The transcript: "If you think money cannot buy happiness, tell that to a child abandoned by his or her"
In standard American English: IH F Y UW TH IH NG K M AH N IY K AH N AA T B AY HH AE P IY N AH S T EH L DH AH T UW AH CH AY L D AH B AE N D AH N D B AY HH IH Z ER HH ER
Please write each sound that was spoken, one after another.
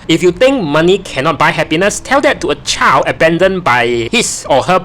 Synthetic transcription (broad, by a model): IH F Y UW T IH NG K M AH N IY K AH N AA T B AY HH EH P IY N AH S T EH L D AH T UW AH CH AY L D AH B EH N D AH N B AY HH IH S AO HH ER